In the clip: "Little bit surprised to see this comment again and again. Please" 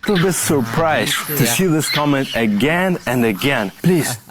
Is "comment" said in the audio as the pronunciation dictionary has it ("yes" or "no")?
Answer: yes